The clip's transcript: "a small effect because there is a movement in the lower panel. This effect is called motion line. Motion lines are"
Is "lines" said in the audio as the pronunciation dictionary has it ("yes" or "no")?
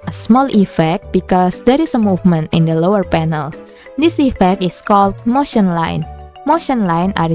no